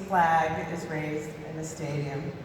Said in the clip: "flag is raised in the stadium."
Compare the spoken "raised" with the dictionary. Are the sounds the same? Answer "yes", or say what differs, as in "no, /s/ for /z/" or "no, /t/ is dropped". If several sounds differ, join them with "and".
yes